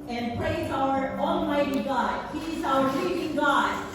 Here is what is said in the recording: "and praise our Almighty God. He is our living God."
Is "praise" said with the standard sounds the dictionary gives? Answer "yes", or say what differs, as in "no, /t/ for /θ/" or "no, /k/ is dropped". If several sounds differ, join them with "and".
yes